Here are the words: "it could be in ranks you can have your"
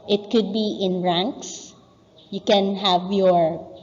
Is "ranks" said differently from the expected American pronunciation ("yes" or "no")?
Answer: no